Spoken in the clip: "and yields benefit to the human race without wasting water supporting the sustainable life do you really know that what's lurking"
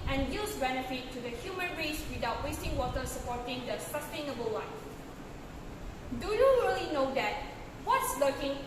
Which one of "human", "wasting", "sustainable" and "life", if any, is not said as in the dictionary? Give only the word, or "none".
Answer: life